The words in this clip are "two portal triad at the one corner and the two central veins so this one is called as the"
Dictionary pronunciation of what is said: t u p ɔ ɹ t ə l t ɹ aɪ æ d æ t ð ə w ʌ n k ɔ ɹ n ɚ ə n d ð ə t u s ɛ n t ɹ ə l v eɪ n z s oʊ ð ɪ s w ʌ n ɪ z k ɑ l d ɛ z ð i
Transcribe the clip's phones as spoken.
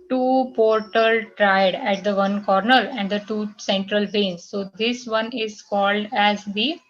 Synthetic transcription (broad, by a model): t u p ɔ ɹ t ə l t ɹ aɪ d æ t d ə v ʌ n k ɔ ɹ n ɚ ə n d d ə t u s ɛ n t ɹ ə l b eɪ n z s oʊ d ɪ s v ʌ n ɪ z k ɑ l d ɛ z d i